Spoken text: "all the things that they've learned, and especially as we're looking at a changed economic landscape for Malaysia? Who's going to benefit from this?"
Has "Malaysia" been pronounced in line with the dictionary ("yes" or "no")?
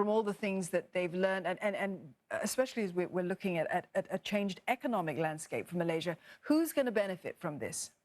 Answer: yes